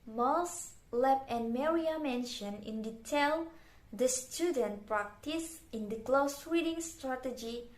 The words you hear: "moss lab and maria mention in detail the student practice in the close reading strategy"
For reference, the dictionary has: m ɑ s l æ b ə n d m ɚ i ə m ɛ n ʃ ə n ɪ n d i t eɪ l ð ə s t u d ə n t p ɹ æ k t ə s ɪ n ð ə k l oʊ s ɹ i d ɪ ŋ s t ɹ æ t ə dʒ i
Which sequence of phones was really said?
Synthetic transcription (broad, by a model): m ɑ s l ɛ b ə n m ɚ i ə m ɛ n ʃ ə n ɪ n d i t eɪ l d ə s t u d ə n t p ɹ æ k t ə s ɪ n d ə k l oʊ s w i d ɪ ŋ s t ɹ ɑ t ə dʒ i